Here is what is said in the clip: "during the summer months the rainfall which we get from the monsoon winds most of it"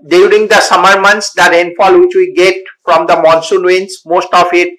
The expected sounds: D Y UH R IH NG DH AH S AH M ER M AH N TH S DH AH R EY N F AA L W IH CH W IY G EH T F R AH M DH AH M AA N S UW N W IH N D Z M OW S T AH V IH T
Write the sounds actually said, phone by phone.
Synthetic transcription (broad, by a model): D Y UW R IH NG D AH S AH M ER M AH N T S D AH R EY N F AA L W IH CH W IY G EH T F R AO M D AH M AA N S UW N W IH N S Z M OW S T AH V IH T